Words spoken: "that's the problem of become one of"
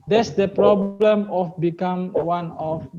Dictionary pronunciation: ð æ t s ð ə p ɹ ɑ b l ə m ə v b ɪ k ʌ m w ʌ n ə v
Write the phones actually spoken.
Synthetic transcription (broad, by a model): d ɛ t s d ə p ɹ ɑ b l ə m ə f b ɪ k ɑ m w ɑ n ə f